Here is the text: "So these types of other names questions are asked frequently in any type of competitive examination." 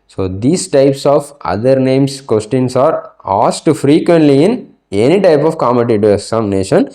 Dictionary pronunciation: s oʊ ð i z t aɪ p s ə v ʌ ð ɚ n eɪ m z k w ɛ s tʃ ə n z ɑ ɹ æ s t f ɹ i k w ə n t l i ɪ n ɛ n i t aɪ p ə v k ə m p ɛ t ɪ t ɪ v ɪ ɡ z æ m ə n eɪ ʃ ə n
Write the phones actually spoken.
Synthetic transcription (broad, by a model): s oʊ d i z t aɪ p s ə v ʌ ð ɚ n eɪ m s k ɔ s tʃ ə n s ɑ ɹ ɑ s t f ɹ i k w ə n t l i ɪ n ɛ n i t aɪ p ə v k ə m ɛ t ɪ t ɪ ɪ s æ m n eɪ ʃ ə n